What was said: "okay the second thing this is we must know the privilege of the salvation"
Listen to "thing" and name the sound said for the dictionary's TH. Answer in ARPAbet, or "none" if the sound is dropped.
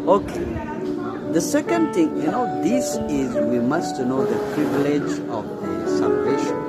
T